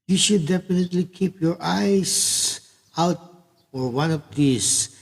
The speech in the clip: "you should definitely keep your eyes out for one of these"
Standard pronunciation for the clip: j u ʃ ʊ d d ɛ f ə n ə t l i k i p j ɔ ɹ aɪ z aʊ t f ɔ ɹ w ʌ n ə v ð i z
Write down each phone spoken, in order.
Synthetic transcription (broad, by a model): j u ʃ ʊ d d ɛ f ə n ə t l i k i p j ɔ ɹ aɪ s aʊ t f ɔ ɹ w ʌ n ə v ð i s